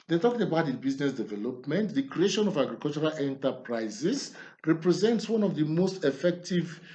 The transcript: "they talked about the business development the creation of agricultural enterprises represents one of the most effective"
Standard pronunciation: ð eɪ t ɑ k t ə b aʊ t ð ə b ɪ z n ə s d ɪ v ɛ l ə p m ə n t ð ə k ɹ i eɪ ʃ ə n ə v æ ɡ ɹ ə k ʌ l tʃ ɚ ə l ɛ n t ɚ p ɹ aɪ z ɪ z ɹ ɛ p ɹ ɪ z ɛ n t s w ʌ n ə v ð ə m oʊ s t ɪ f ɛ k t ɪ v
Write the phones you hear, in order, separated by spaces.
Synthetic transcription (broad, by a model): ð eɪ t ɑ k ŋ ə b aʊ t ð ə b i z n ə s d ɪ v ɛ l ə p m ə n t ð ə k ɹ i eɪ ʃ ə n ə v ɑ ɡ ɹ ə k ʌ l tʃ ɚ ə l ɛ n t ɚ p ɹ aɪ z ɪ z ɹ ɛ p ɹ ɪ z ɛ n t s w ʌ n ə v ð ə m oʊ s t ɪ f ɛ k t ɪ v